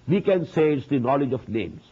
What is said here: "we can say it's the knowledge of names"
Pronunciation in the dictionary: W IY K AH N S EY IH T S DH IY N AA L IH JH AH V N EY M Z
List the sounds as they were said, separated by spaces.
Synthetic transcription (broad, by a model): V IY K AH N S EY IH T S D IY N AA L IH JH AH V N EY M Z